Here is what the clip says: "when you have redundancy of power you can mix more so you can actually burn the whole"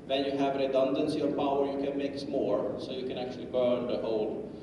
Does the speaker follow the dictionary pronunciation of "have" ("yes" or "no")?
yes